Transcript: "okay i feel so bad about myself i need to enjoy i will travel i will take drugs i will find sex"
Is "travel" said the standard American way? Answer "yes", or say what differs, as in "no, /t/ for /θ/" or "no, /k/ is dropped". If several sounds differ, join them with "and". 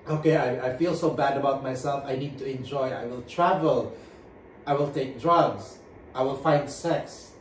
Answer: yes